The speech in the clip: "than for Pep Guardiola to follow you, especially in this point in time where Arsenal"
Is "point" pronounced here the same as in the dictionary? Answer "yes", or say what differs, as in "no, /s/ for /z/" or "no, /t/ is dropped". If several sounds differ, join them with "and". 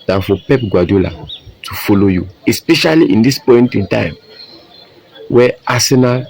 yes